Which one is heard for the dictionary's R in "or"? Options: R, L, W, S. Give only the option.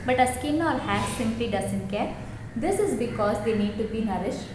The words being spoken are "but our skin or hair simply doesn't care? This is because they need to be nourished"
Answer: L